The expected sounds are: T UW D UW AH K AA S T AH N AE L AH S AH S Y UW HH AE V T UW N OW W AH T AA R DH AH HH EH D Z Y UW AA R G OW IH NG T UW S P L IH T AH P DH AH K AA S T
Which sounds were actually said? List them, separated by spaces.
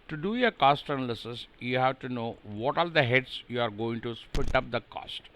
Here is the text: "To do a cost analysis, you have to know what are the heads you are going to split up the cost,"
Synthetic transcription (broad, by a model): T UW D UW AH K AA S T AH N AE L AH S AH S Y UW HH AE V T UW N OW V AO T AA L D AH HH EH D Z Y UW AA R G OW IH NG T UW S P IH T AH P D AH K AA S T